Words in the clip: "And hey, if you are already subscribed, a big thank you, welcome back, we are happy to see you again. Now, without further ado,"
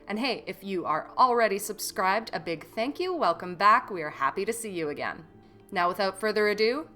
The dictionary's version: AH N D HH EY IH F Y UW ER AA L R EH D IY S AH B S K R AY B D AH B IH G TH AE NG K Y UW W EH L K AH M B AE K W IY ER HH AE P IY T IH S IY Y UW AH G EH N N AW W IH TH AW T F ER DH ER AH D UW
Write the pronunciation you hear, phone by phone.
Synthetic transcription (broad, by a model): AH N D HH EY IH F Y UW ER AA L R EH D IY S AH B S K R AY B D AH B IH G TH AE NG K Y UW W EH L K AH M B AE K W IY ER HH AE P IY T IH S IY Y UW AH G EH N N AW W IH TH AW T F ER DH ER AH D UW